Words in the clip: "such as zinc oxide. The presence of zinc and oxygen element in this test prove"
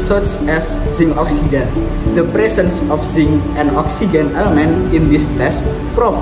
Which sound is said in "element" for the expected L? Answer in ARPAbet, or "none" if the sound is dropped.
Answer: L